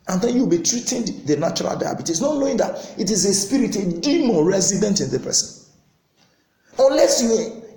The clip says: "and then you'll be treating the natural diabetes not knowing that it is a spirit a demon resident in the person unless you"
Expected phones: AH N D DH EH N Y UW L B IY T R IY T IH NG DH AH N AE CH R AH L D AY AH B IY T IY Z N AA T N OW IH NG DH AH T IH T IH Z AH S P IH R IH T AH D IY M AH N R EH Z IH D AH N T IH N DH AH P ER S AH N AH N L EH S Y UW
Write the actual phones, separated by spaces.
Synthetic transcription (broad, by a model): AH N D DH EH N Y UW W B IY T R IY T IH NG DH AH N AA CH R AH L D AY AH B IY T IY S N AA T N OW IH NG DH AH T IH T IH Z AH S P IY R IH T AH D IY M AH N R EH Z IH D AH N T IH N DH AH P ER S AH N AH N L EH S Y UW